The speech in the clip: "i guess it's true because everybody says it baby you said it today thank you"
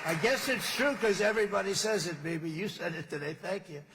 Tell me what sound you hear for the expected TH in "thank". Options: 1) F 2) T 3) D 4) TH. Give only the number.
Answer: 4